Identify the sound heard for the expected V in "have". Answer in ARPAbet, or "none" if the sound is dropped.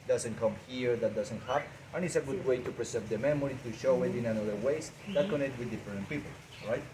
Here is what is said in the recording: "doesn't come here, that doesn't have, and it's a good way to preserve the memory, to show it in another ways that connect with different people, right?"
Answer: P